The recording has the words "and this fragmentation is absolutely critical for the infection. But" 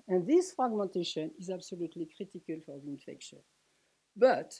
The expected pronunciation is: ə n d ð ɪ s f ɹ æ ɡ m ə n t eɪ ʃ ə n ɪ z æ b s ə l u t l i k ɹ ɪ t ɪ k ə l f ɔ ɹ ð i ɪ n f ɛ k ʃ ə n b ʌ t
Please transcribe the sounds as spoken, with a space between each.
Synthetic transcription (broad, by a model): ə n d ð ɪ s f ɹ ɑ ɡ m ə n t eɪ ʃ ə n ɪ z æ b s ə l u t l i k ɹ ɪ t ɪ k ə l f ɔ ɹ ð i ɪ n f ɛ k ʃ ə n b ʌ t